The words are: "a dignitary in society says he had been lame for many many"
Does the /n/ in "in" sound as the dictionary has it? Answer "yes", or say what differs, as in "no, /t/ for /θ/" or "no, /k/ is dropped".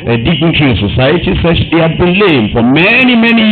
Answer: no, /l/ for /n/